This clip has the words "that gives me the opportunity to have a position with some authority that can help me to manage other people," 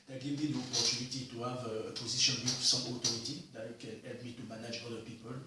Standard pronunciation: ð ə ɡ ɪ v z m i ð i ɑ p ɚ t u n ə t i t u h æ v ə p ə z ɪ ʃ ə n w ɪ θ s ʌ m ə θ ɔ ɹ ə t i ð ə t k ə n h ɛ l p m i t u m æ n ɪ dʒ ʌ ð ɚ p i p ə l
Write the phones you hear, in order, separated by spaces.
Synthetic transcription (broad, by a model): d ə ɡ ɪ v m i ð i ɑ p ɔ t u n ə t i t u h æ v ə p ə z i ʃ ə n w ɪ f s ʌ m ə t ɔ ɹ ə t i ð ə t k ə n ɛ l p m i t u m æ n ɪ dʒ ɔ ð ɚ p i p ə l